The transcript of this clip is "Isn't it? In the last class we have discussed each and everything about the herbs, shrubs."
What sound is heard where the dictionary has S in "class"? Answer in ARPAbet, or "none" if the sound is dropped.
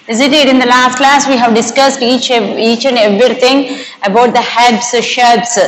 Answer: S